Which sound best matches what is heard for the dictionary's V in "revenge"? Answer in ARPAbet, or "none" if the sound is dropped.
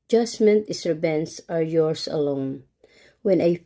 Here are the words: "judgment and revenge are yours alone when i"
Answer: B